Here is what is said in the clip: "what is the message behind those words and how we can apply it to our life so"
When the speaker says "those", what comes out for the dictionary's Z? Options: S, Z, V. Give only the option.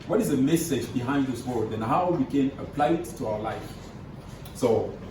S